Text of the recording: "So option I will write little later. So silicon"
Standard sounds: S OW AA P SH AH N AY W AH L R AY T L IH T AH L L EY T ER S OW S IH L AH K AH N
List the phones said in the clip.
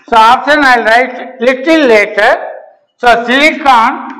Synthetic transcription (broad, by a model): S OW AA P S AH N AY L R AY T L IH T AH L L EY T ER S OW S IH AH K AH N